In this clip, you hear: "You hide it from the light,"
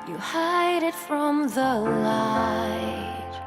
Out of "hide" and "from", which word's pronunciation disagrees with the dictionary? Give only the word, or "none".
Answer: none